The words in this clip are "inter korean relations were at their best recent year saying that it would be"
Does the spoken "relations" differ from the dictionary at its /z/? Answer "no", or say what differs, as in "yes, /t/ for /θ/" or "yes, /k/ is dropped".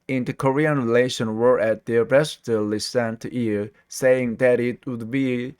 yes, /z/ is dropped